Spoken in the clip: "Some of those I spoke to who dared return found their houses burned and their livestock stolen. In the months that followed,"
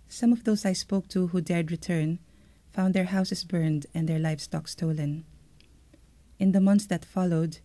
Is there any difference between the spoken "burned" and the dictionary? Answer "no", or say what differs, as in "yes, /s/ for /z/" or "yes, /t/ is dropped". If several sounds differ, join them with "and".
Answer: no